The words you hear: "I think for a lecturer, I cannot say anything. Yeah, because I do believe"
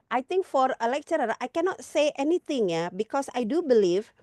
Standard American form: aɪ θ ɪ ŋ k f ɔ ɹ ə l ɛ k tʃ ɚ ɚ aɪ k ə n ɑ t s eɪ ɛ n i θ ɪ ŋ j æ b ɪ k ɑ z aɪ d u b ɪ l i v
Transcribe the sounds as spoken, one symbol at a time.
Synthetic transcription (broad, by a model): aɪ t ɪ ŋ k f ɔ ɹ ə l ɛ k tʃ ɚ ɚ aɪ k ə n ɑ t s eɪ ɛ n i t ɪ ŋ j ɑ b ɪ k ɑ s aɪ d u b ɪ l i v